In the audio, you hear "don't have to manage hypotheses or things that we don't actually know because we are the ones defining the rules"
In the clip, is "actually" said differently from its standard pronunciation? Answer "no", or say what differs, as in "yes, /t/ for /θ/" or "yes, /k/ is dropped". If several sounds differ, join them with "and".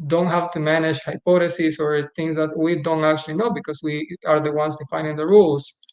no